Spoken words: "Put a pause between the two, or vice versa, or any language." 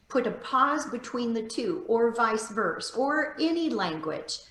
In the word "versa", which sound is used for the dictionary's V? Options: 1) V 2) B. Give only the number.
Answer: 1